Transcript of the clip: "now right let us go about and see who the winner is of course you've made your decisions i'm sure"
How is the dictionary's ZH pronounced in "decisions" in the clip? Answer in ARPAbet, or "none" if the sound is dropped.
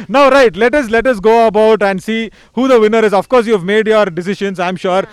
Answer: SH